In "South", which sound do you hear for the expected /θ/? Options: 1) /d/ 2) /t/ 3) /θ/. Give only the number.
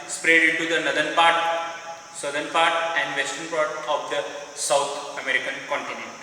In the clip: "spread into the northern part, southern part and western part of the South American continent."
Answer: 2